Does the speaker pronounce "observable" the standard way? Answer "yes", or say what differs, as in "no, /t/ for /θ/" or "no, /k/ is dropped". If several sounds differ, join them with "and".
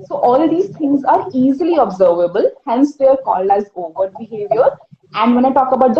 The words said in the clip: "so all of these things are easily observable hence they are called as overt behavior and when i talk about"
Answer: yes